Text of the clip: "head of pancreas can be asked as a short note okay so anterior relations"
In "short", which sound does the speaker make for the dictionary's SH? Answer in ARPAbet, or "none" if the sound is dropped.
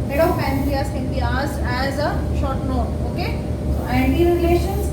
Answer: SH